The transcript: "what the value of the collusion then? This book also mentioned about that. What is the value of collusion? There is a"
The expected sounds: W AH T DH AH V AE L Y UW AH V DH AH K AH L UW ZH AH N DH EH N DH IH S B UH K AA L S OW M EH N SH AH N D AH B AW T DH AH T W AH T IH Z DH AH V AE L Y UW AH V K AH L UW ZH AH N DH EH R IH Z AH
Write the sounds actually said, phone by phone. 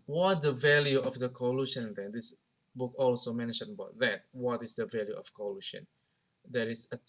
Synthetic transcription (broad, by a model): W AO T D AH V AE L Y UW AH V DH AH K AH L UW SH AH N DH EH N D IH S B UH K AA L S OW M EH N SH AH N AH B AW T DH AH T W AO T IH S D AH V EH L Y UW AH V K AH L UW SH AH N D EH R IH S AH